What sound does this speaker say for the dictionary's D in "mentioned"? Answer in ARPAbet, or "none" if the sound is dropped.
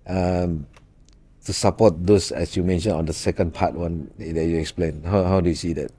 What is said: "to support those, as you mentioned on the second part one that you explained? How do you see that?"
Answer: none